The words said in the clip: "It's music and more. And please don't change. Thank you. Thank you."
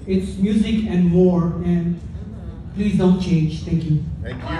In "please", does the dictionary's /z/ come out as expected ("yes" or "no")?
yes